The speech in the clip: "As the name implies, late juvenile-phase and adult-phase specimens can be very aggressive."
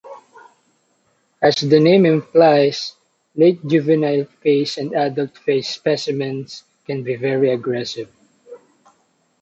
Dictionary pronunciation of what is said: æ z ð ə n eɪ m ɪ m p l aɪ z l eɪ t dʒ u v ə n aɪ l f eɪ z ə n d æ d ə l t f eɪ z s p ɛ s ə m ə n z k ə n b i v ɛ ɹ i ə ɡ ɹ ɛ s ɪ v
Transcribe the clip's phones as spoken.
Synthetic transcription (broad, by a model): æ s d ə n eɪ m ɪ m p l aɪ s l eɪ t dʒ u v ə n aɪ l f eɪ s ə n d æ d ə l t f eɪ s p ɛ s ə m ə n s k ə n b i v ɛ ɹ i ə ɡ ɹ ɛ s ɪ v